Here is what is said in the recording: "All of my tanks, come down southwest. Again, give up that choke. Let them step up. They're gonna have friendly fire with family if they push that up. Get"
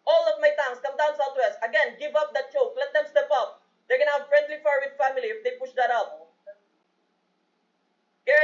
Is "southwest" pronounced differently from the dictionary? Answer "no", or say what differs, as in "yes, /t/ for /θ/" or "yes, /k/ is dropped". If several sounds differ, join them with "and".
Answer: yes, /t/ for /θ/